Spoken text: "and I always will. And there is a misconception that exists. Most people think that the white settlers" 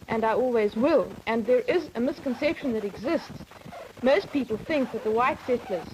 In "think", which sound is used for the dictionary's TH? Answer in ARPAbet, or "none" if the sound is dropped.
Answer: TH